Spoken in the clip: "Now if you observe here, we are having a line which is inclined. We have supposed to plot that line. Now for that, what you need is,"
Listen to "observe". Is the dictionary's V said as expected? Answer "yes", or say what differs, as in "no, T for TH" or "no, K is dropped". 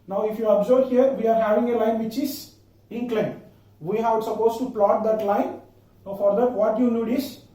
no, B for V